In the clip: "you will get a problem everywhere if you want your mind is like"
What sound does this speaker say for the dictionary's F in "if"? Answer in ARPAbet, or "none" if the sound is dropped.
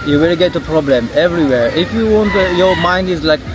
F